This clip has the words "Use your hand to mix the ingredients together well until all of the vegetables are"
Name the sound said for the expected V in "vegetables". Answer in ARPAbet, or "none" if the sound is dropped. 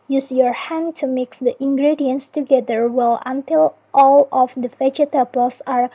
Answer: F